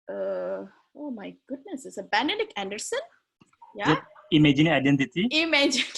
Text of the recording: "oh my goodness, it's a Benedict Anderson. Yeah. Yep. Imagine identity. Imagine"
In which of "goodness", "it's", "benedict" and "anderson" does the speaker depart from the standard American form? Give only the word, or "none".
benedict